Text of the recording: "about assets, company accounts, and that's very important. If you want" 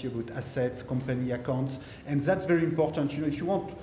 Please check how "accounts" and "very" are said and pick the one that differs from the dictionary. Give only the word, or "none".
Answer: none